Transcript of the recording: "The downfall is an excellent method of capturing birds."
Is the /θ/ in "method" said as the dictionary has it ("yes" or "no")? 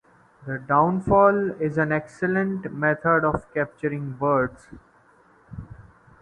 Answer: no